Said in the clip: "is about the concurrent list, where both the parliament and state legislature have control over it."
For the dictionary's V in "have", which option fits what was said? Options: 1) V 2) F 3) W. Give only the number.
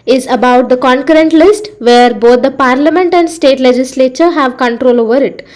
1